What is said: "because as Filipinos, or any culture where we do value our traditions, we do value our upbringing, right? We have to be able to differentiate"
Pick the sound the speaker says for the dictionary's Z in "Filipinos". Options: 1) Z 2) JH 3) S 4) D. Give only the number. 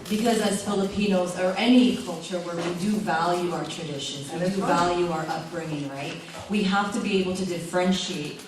1